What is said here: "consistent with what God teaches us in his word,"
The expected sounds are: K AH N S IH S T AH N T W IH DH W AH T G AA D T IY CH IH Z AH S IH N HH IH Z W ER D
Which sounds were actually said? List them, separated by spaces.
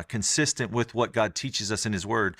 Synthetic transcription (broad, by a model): K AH N S IH S T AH N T W IH DH W AH T G AA D T IY CH IH Z AH S IH N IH Z W ER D